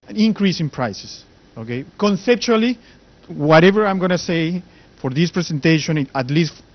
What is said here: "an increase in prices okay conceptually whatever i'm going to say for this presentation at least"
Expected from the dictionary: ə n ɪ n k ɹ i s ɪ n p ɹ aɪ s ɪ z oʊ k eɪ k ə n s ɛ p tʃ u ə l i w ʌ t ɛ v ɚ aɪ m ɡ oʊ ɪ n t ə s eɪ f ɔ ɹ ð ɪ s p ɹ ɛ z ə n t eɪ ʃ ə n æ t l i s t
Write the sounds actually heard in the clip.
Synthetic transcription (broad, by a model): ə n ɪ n k ɹ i s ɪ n p ɹ aɪ s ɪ s oʊ k eɪ k ə n s ɛ p tʃ u ə l i w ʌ t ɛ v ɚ aɪ m ɡ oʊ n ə s eɪ f ɔ ɹ ð ɪ s p ɹ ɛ s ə n t eɪ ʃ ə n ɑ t l i s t